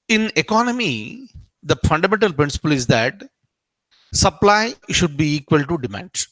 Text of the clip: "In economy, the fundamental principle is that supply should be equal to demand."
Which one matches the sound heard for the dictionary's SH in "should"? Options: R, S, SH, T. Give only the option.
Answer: SH